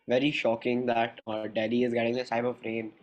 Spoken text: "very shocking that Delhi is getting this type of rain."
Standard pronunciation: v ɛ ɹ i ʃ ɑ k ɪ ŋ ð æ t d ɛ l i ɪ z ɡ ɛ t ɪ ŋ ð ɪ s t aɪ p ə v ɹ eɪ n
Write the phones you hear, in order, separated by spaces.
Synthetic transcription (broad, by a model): v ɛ ɹ i ʃ ɑ k ɪ ŋ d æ t d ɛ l i ɪ z ɡ ɛ t ɪ ŋ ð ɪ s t aɪ b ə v ɹ eɪ n